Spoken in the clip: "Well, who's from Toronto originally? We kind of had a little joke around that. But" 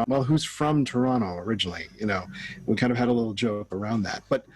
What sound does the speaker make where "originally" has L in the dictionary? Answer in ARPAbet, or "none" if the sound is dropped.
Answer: N